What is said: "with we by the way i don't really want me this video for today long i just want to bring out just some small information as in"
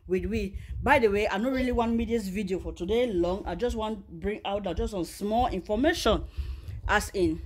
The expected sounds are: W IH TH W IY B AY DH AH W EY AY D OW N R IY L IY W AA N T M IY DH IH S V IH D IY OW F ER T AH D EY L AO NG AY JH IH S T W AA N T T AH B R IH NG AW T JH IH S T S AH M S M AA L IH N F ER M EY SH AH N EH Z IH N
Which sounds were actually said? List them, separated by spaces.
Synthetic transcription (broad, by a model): W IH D W IY B AY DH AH W EY AY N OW R IY L IY W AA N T M IY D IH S V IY D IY OW F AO T AH D EY L AO NG AY JH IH S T W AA N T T B R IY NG AW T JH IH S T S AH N S M AA L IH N F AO M EY SH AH N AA S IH N